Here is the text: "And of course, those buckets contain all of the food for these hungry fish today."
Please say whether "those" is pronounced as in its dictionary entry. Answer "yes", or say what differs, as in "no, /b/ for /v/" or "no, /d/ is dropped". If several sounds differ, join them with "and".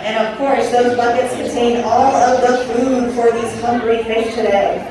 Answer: yes